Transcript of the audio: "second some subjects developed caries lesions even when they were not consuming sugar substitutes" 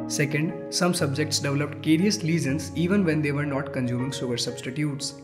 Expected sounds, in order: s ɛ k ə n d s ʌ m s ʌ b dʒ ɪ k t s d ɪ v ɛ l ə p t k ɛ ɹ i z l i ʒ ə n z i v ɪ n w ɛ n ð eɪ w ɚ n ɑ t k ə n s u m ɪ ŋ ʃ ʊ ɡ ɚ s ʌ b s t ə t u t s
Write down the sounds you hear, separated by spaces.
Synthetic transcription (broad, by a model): s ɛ k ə n d s ʌ m s ʌ b dʒ ɪ k t s d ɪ v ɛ l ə p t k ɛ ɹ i s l i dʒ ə n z i v ɪ n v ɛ n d eɪ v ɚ n ɑ t k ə n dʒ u m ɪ ŋ s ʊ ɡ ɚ s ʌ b s t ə t u t s